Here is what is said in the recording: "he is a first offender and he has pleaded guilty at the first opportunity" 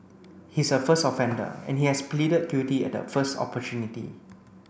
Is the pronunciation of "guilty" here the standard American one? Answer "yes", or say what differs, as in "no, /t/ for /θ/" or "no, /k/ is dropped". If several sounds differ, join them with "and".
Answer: no, /l/ is dropped